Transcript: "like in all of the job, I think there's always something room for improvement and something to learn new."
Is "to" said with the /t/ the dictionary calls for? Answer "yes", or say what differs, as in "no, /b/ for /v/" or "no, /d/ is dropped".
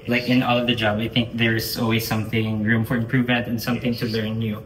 yes